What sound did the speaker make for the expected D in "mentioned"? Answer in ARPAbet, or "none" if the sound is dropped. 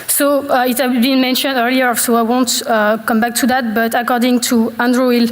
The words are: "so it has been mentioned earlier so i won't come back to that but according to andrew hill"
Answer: D